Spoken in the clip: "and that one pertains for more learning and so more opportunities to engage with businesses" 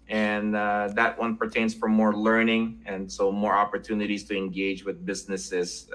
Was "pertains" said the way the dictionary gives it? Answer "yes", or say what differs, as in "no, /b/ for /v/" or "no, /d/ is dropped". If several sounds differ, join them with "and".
yes